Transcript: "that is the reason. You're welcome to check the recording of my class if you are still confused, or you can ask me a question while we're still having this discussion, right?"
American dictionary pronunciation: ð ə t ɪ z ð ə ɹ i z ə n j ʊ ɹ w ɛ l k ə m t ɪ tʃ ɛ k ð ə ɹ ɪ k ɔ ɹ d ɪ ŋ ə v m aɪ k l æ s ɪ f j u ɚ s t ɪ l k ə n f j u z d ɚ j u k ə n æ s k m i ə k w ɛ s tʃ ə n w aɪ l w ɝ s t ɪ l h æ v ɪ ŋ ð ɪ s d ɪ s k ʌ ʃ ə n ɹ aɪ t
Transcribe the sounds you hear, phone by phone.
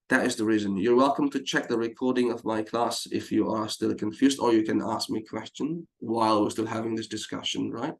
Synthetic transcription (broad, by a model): ð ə t ɪ z ð ə ɹ i z ə n j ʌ ɹ w ɛ l k ə m t ɪ tʃ ɛ k ð ə ɹ ɪ k ɔ ɹ d ɪ ŋ ə v m aɪ k l æ s ɪ f j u ɚ s t ɪ l k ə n f j u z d ɚ j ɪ k ə n æ s k m i ə k w ɛ s tʃ ə n w aɪ l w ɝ s t ɪ l h æ v ɪ ŋ ð ɪ s d ɪ s k ʌ ʃ ə n ɹ aɪ t